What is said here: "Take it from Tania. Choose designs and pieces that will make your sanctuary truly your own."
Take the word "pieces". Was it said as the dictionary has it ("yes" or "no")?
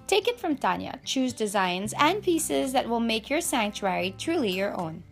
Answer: yes